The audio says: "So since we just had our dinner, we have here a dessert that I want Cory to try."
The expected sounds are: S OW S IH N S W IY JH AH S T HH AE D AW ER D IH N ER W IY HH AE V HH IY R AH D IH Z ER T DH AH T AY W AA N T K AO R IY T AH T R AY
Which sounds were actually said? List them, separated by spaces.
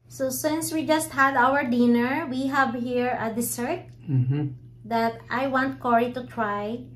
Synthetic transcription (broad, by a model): S OW S IH N S W IY JH AH S T HH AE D AW ER D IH N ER W IY HH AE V HH IY R AH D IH S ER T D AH T AY W AA N T K AO R IY T AH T R AY